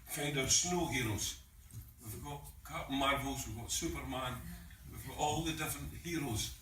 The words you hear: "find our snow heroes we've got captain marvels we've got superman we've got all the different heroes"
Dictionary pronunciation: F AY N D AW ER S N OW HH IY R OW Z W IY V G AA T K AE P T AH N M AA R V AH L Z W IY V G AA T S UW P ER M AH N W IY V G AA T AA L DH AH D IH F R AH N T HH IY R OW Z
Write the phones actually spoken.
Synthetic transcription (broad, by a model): F AY N D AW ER S N OW HH IY R OW Z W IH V G AA T K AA T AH M AA R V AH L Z W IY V G AA T S UW P ER M AH N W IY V G AA T AA L DH AH D IH F R AH N T HH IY R OW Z